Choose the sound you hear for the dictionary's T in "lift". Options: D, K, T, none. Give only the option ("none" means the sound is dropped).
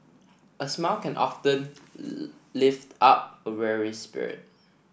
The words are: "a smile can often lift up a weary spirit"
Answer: T